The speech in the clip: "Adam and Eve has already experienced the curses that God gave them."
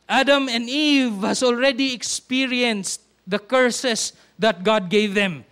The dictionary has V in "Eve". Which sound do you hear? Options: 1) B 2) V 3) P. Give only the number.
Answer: 2